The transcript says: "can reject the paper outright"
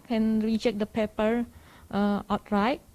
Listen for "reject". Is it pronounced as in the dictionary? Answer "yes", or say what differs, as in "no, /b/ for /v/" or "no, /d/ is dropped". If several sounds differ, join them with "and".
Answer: no, /tʃ/ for /dʒ/